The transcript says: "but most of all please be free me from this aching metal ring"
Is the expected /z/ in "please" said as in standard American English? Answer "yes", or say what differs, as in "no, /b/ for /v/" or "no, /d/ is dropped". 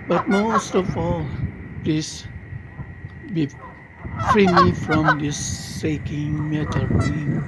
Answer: no, /s/ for /z/